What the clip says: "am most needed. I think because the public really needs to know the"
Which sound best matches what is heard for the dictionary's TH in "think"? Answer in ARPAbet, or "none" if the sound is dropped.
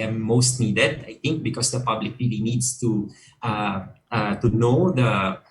T